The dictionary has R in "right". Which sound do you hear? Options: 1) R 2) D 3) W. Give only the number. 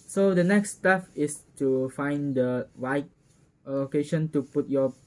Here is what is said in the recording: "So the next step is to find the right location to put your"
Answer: 3